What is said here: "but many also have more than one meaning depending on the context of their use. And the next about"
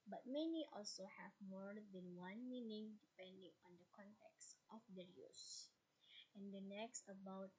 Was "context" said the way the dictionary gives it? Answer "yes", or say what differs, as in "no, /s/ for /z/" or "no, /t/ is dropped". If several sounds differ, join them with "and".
yes